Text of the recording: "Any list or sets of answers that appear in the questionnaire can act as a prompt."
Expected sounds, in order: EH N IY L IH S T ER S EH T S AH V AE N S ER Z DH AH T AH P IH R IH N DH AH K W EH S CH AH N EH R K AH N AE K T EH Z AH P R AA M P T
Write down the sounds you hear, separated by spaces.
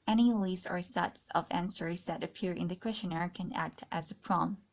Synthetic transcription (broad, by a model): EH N IY L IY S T ER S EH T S AH V AE N S ER Z DH AH T AH P IH R IH N DH AH K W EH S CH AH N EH R K AH N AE K T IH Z AH P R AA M